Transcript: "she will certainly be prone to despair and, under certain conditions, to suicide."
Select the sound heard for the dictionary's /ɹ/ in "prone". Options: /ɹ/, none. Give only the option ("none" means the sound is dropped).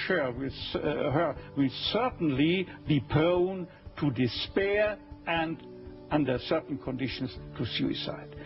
none